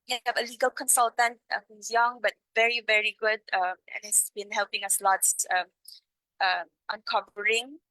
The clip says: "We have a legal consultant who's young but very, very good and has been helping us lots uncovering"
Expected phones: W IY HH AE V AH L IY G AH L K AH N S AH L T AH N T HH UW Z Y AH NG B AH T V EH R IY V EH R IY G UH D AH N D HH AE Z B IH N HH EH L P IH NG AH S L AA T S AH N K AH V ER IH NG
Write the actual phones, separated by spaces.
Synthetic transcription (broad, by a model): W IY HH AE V AH L IY G AH L K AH N S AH L T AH N T HH UW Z Y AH NG B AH T V EH R IY V EH R IY G UH D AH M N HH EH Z B IH N HH EH L P IH NG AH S L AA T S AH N K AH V ER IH NG